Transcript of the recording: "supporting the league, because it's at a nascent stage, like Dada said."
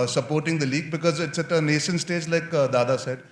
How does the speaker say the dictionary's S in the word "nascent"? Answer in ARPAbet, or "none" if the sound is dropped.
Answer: SH